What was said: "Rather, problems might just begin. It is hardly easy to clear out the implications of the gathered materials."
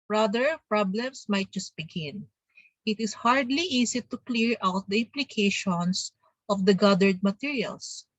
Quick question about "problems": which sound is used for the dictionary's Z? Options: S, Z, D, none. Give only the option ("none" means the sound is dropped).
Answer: S